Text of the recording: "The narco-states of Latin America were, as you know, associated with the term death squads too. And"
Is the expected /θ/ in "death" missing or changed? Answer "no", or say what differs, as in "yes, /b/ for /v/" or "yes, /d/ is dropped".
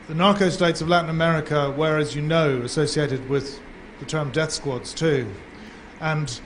no